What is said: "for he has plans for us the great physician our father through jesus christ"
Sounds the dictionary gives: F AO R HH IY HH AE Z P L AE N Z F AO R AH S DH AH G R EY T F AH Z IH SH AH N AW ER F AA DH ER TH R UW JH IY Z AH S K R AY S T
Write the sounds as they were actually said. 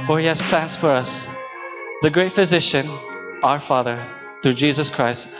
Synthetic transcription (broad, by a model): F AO R HH IY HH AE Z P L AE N S F AO R AH S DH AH G R EY T F AH Z IH SH AH N AW ER F AA DH ER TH R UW JH IY Z AH S K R AY S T